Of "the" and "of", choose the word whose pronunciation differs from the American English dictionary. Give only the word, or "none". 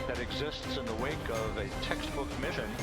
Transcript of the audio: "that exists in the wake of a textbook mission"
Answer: none